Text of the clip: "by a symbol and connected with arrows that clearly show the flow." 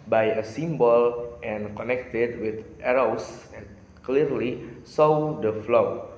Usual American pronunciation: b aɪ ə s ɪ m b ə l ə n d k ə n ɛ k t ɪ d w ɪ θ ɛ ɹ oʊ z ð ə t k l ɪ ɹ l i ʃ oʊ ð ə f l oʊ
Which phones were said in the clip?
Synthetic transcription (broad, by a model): b aɪ ə s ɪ m b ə l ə n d k ə n ɛ k t ɪ d w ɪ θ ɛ ɹ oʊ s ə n k l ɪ ɹ l i s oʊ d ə f l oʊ